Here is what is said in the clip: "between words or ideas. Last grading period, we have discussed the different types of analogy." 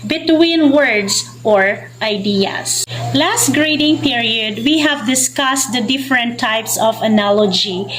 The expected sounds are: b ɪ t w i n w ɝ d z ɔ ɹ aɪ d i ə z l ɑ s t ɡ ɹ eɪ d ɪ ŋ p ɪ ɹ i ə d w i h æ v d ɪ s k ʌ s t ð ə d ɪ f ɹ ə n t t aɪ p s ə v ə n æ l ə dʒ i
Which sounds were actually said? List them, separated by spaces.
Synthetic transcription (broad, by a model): b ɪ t w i n w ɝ d s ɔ ɹ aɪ d i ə s l ɑ s t ɡ ɹ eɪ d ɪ ŋ p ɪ ɹ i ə d w i h æ v d ɪ s k ʌ s t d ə d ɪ f ɹ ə n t t aɪ p s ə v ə n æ l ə dʒ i